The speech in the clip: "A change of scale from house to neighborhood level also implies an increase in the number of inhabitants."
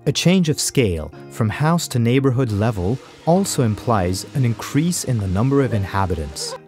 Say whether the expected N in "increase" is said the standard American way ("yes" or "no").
yes